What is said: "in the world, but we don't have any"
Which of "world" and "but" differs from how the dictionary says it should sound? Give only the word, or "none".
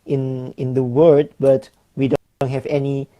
world